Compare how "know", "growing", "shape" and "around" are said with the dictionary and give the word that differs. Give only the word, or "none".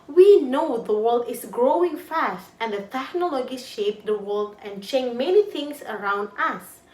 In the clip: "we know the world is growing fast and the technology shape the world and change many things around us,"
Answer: none